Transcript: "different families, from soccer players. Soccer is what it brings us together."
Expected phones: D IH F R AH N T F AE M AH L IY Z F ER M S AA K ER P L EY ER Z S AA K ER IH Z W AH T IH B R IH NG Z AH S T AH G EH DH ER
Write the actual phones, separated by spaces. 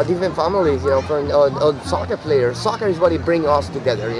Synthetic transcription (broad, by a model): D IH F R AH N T F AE M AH L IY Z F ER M S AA K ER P L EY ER S AA K ER IH Z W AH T IH B R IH NG AH S T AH G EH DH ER